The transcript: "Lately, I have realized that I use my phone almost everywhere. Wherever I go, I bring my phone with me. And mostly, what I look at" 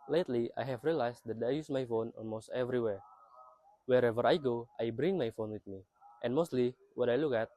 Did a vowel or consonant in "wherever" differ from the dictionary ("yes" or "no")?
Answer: no